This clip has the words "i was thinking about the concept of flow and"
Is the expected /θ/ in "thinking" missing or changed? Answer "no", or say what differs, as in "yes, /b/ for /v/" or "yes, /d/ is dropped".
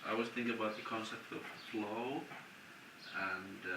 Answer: no